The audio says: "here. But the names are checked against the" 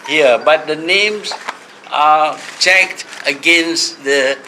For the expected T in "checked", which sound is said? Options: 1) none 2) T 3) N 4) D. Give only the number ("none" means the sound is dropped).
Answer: 2